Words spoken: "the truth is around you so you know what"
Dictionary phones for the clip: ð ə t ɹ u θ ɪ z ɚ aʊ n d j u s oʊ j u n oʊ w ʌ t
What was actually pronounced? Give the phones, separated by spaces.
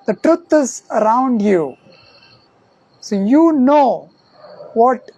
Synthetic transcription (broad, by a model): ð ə t ɹ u t ɪ z ɚ aʊ n d j u s oʊ j u n oʊ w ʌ t